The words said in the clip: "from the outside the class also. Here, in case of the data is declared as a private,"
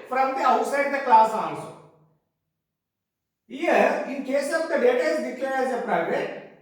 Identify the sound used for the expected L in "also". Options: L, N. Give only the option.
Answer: N